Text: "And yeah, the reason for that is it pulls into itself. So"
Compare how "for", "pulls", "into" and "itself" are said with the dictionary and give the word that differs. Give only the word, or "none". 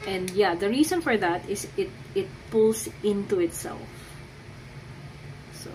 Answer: pulls